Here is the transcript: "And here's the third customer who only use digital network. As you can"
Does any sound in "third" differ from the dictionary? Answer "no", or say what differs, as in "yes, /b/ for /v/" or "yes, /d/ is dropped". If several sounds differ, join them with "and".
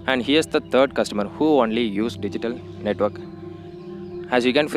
yes, /t/ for /θ/